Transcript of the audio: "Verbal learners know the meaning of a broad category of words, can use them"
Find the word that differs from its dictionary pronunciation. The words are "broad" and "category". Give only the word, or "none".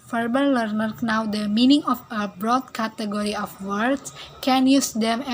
none